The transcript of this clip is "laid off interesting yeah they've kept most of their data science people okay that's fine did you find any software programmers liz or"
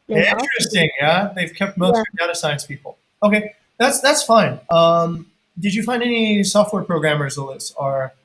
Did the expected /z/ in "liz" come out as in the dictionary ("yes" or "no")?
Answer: no